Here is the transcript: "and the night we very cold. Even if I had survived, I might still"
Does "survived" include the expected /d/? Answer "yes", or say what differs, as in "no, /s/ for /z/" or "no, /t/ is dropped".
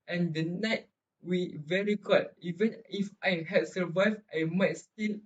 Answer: no, /d/ is dropped